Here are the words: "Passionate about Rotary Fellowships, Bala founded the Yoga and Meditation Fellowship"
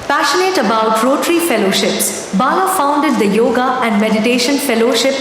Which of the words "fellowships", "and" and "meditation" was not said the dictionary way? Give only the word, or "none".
none